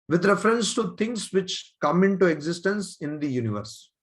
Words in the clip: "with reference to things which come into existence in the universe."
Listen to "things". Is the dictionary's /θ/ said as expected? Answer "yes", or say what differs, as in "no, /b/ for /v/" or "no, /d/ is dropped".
no, /t/ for /θ/